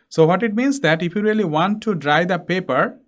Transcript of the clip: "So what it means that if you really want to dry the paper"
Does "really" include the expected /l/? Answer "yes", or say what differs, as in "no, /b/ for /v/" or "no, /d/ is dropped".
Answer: yes